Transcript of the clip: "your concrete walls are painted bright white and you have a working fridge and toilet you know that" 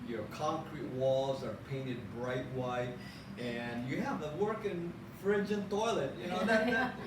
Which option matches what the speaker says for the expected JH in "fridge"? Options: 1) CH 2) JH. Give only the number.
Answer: 2